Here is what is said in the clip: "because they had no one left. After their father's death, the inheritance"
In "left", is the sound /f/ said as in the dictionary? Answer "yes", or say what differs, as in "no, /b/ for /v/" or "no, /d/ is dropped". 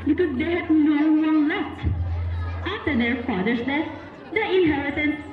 no, /f/ is dropped